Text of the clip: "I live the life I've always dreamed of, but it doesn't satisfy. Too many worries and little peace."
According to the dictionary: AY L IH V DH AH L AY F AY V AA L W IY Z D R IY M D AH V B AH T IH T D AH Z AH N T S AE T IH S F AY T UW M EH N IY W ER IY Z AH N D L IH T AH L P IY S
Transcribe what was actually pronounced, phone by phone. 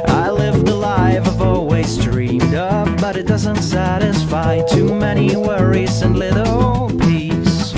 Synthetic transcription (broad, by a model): AY L IH V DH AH L AY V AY V AA L W IY Z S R IY M D AH P B AH T IH T D AH Z AH N T S AE T IH S F AY T UW M EH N IY W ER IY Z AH N L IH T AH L P IY S